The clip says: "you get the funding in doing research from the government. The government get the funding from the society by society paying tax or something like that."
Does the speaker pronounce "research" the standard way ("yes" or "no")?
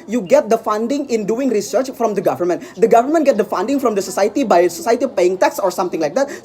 yes